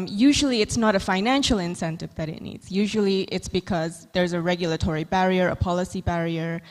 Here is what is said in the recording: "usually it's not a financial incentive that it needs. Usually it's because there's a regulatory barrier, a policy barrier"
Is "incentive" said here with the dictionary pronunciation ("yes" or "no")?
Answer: yes